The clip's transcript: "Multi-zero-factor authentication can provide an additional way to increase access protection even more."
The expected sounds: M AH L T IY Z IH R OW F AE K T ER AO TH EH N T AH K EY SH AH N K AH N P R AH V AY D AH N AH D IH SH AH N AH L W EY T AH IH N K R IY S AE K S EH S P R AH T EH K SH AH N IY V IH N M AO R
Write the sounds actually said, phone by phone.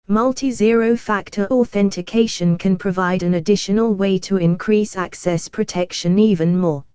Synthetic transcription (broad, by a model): M AH L T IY Z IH R OW F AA K T ER AO TH EH N T AH K EY SH AH N K AH N P R AH V AY D AH N AH D IH SH AH N AH L W EY T AH IH N K R IY S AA K S EH S P R AH T EH K SH AH N IY V IH N M AO